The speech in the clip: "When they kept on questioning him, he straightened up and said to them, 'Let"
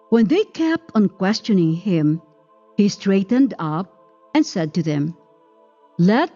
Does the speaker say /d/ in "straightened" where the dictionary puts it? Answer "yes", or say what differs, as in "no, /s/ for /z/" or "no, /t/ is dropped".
yes